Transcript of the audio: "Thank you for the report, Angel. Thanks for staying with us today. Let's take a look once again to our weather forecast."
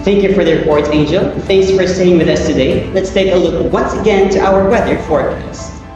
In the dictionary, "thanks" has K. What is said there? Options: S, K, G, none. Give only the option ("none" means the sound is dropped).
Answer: K